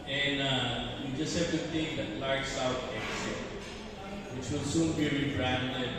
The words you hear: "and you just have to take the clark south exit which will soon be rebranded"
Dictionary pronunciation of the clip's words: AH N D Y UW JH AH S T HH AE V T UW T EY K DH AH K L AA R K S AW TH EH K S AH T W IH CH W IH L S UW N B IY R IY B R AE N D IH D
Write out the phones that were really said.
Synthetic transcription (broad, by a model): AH N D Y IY JH AH S T HH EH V T UW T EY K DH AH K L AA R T S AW T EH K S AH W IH CH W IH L S UW N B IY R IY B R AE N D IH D